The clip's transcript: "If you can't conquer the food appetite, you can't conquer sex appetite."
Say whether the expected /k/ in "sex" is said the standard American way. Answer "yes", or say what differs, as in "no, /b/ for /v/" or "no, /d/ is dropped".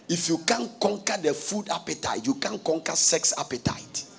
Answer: yes